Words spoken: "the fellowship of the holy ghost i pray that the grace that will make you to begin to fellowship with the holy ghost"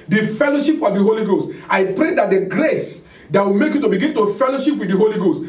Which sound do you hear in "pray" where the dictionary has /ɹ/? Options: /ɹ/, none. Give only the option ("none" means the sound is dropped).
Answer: /ɹ/